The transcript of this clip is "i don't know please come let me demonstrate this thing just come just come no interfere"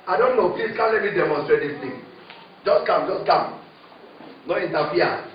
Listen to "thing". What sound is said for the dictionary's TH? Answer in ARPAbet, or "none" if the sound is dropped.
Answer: T